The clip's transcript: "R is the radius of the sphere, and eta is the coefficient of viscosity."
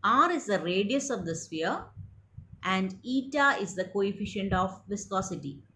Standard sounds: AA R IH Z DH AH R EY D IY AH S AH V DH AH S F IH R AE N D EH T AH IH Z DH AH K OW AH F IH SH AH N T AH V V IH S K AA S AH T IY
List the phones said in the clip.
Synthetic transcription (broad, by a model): AA R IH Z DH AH R EY D IY AH S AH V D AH S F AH R AE N D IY T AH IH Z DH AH K OW AH F IH SH AH N T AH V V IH S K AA S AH T IY